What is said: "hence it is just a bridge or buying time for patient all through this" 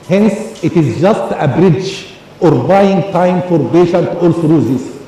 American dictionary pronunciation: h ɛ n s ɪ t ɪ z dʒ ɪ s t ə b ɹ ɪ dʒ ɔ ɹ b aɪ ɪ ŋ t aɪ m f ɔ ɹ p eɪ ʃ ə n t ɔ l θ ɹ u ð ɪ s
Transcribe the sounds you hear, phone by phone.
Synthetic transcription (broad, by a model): h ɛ n s ɪ t ɪ z dʒ ɪ s t ə b ɹ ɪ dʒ ɔ ɹ b aɪ ɪ ŋ t aɪ m f ɔ ɹ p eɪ ʃ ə n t ɔ l s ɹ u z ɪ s